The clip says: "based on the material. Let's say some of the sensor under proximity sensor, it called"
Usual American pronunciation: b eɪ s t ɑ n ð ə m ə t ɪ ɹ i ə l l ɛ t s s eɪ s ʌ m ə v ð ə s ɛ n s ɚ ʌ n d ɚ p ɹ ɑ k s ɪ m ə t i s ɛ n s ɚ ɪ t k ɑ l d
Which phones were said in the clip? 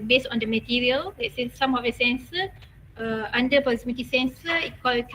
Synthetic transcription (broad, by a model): b eɪ s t ɑ n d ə m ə t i ɹ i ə l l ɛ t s s eɪ s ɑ m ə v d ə s ɛ n s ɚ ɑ n d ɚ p ɑ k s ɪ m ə t i s ɛ n s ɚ ɪ t k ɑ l